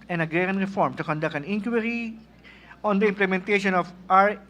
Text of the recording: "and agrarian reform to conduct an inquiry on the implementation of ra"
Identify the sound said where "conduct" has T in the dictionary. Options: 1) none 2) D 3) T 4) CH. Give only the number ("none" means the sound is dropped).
1